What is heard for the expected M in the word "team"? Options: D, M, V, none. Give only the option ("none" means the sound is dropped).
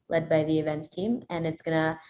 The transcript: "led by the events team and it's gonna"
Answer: M